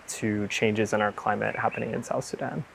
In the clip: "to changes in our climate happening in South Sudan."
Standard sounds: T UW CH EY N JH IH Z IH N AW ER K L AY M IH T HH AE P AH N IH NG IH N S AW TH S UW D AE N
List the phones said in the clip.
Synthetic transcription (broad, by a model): T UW CH EY N JH IH Z IH N AW ER K L AY M IH T HH AE P AH N IH NG IH N S AW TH S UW D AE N